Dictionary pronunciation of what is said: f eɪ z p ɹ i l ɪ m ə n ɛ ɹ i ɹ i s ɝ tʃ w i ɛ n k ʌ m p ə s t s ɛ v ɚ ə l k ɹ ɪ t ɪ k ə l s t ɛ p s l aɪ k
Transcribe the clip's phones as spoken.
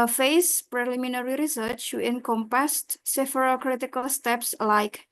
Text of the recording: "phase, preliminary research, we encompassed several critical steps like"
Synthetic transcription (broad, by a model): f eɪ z p ɹ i l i m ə n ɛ ɹ i ɹ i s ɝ tʃ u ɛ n k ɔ m p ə s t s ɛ f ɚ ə k ɹ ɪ t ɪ k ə l s t ɛ p s l aɪ k